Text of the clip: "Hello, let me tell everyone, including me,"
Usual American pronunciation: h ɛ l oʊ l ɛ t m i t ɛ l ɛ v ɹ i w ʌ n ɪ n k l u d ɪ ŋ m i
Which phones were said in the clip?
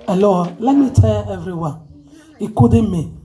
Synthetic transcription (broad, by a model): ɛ l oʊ l ɛ t m i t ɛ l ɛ v ɹ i w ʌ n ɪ k u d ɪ m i